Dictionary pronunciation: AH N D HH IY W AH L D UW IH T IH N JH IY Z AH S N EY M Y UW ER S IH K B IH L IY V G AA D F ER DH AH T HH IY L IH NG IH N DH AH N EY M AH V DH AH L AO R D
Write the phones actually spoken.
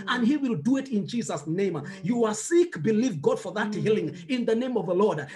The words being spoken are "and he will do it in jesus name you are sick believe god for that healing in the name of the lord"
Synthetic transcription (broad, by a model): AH N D HH IY W AH L D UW IH T IH N JH IY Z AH S N EY M Y UW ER S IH K B IH L IY V G AA D F ER DH AH T HH IY L IH NG IH N DH AH N EY M AH V DH AH L AO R D